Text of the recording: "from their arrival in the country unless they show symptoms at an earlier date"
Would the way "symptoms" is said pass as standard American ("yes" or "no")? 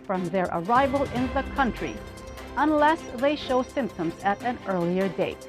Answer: yes